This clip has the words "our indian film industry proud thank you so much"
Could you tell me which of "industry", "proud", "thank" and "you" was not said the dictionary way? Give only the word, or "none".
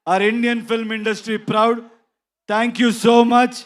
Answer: thank